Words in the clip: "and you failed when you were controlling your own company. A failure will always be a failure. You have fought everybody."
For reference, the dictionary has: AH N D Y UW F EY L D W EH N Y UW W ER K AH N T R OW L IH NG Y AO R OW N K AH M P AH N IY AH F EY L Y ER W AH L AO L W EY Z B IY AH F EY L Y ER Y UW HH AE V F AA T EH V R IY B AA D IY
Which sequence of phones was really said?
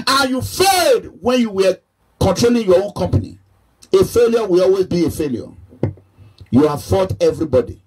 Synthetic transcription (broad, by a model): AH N Y UW F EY D W EH N Y UW W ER K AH N T R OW L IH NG Y AO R OW N K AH M P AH N IY AH F EY L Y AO W AH L AO L W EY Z B IY AH F EY L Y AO Y UW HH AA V F AA T EH V R IY B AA D IY